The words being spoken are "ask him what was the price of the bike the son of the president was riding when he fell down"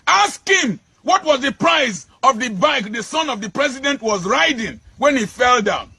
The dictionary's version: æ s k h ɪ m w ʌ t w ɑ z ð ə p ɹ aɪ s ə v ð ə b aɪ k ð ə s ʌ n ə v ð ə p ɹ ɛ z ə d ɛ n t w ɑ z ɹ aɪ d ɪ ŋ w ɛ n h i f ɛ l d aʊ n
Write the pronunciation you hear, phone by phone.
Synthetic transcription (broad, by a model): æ s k h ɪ m w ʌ t w ɑ z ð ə p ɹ aɪ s ə v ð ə b aɪ k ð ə s ʌ n ə v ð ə p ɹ ɛ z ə d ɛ n t w ɑ z ɹ aɪ d ɪ ŋ w ɛ n h i f ɛ l d aʊ n